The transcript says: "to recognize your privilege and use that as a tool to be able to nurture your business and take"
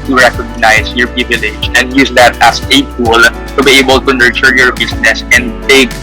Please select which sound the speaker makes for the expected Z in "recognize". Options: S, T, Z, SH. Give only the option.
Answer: S